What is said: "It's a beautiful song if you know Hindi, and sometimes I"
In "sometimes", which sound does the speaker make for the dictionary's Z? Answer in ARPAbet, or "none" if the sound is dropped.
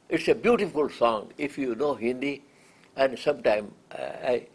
none